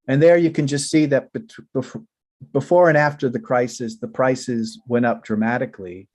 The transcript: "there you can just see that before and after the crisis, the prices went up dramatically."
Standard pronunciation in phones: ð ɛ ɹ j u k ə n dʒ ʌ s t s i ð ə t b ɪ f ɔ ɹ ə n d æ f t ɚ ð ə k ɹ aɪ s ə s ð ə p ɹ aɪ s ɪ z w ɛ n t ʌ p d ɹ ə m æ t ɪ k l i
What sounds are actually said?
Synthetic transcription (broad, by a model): ð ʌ ɹ j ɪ k ə n dʒ ʌ s t s i ð ə t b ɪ f ɔ ɹ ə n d æ f t ɚ ð ə k ɹ aɪ s ə s ð ə p ɹ aɪ s ɪ z w ɛ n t ʌ p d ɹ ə m æ t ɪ k l i